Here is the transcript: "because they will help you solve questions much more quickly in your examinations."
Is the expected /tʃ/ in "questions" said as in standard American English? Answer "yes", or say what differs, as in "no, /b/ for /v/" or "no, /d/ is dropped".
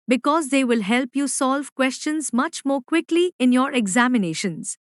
yes